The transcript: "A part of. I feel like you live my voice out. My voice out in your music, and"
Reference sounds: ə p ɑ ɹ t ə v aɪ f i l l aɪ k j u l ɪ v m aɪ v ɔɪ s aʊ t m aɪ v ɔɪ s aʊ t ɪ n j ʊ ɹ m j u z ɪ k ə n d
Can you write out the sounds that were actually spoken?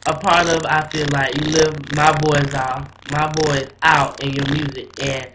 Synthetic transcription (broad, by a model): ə p ɑ ɹ t ə v aɪ f i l l aɪ k j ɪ l ɪ v m aɪ b ɔɪ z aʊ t m aɪ b ɔɪ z aʊ t ɪ n j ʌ ɹ m j u z ɪ k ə n